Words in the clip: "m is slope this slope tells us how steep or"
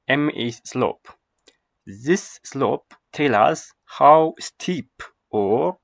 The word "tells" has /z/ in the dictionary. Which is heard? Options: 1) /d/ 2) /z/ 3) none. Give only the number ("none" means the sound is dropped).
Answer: 3